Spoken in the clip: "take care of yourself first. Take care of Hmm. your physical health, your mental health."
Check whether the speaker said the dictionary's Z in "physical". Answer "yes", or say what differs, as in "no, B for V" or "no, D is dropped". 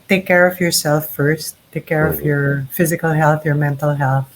yes